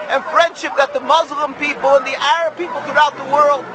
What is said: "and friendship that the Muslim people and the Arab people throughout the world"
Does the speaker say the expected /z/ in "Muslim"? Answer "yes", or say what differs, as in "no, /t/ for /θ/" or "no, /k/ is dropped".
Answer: yes